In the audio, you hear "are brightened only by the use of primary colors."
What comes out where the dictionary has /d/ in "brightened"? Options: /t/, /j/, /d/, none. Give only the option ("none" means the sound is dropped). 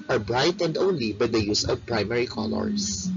/d/